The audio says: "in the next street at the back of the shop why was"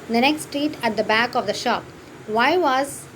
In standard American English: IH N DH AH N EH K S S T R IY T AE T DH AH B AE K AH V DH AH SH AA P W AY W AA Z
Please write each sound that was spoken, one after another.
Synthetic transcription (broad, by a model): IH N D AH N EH K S S T R IY T AE T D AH B AE K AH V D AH SH AA P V AY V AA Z